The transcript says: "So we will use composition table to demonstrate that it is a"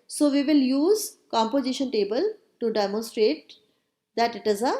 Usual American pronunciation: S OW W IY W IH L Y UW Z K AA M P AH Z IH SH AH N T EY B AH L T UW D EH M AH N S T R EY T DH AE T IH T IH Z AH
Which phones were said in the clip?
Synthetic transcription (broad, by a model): S OW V IY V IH L Y UW Z K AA M P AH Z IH SH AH N T EY B AH L T UW D EH M AH N S T R EY T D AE T IH T IH Z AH